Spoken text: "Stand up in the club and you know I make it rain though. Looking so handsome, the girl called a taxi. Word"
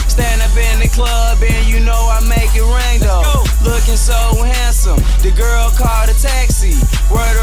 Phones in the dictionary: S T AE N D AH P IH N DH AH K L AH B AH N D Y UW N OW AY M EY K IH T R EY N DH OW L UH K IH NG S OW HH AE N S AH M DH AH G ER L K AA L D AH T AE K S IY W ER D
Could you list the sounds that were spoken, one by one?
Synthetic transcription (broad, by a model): S T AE N D AH P IH N DH AH K L AH B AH N Y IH N OW AY M EY K IH T R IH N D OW L UH K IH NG S OW HH AE N S AH M DH AH G ER L K AA L D AH T AE K S IY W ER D